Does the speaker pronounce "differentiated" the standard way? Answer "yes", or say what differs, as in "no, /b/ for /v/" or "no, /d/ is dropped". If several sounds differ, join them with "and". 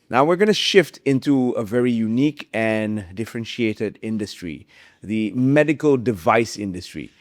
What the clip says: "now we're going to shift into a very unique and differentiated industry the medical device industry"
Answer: yes